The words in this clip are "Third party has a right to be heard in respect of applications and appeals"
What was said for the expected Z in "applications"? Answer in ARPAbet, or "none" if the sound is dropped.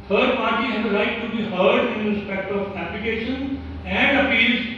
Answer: none